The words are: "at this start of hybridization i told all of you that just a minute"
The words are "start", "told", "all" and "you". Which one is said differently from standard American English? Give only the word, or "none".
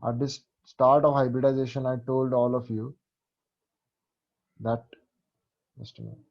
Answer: none